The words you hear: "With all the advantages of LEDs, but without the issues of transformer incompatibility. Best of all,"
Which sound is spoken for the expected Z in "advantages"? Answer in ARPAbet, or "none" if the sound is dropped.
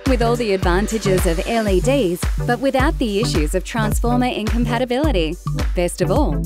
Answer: Z